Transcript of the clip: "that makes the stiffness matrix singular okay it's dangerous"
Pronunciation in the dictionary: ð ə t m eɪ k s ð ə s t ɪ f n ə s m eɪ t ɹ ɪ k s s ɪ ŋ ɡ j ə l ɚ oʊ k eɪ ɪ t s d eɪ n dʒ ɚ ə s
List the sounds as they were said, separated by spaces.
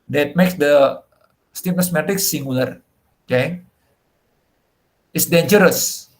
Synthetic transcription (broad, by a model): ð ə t m eɪ k s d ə s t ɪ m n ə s m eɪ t ɪ k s s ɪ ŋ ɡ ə l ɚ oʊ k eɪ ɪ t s d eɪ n dʒ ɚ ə s